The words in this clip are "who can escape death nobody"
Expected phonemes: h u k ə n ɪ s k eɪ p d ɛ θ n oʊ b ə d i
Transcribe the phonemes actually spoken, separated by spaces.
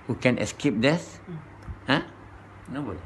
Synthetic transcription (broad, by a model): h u k ə n ɪ s k eɪ p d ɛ s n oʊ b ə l